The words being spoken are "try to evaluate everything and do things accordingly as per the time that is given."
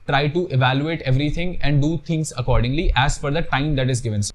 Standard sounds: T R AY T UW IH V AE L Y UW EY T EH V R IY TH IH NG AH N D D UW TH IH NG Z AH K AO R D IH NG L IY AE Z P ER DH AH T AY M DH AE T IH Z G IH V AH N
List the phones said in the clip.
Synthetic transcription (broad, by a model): T R AY T UW IH V AE L Y UW EY T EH V R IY T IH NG AH N D D UW T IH NG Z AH K AO R D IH NG L IY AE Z F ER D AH T AY M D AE T IH Z G IH V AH N